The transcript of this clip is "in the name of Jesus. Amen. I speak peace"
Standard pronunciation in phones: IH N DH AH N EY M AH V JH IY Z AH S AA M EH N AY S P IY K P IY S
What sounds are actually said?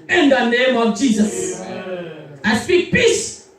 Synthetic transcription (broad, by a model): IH N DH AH N EY M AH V JH IY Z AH S AA IH S P IY K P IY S